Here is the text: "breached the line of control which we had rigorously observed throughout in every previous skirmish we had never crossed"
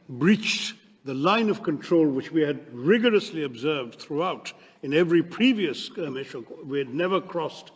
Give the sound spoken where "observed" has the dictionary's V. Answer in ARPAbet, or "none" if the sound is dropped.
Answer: V